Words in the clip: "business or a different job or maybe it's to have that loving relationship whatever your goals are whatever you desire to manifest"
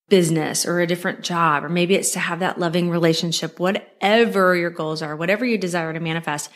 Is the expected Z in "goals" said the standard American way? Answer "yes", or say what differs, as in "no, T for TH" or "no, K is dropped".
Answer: yes